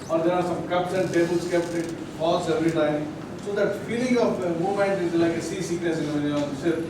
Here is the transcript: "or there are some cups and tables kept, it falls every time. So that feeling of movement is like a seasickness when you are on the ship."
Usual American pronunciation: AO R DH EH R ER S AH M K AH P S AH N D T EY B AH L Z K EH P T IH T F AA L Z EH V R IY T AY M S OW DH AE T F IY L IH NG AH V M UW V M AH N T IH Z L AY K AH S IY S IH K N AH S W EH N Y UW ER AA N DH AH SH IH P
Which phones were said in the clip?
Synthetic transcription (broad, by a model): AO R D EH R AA S AH M K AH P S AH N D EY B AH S K EH P T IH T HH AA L S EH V R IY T AY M S OW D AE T F IY L IH NG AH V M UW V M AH N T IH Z L AY K AH S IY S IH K AH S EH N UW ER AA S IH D